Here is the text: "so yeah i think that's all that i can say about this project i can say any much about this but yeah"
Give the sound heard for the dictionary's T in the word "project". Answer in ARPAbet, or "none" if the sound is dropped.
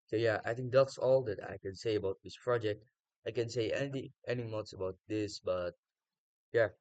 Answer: T